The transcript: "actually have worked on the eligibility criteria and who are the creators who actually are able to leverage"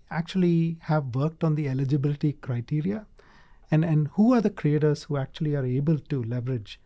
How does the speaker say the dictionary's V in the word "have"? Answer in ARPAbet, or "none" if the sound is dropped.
V